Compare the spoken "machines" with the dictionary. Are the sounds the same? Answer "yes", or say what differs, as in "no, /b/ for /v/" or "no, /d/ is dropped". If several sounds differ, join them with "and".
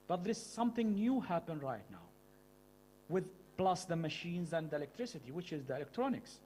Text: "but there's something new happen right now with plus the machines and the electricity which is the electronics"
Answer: yes